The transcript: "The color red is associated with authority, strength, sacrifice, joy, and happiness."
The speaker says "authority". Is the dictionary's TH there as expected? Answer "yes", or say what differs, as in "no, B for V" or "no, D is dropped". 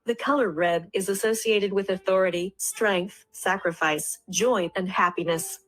yes